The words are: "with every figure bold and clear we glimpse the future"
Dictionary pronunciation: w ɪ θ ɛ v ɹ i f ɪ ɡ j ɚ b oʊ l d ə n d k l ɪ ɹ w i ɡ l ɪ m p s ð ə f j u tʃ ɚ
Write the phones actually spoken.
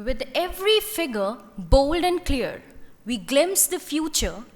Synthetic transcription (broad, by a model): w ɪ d ɛ v ɹ i f ɪ ɡ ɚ b oʊ l d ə n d k l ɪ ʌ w i ɡ l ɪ m s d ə f j u tʃ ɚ